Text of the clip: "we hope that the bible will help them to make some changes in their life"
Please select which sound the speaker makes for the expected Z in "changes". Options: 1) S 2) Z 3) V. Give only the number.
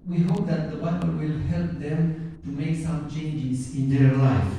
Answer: 1